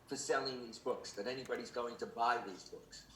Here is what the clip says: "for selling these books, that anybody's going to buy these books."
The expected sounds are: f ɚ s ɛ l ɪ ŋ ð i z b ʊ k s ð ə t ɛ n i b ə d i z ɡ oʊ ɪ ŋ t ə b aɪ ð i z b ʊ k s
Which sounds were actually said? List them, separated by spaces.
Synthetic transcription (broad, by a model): f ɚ s ɛ l ɪ ŋ ð i z b ʊ k s ð ə t ɛ n i b ə d i z ɡ oʊ ɪ ŋ t ə b aɪ ð i z b ʊ k s